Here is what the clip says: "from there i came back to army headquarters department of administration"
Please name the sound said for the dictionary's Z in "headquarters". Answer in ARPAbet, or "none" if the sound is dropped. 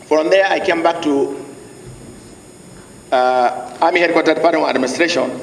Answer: none